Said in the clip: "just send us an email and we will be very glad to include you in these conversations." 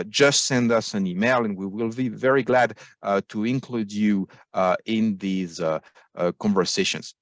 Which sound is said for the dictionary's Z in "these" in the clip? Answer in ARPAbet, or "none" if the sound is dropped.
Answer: Z